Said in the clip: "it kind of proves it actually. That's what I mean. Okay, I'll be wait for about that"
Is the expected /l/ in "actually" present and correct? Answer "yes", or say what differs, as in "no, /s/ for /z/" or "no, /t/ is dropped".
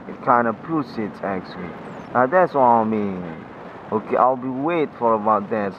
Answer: no, /n/ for /l/